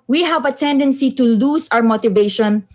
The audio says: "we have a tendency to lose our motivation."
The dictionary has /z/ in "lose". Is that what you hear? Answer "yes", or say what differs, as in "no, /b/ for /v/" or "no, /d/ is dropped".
no, /s/ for /z/